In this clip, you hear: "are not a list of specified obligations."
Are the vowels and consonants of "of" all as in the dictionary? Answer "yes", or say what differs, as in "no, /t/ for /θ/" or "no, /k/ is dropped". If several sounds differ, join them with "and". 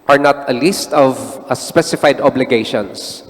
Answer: yes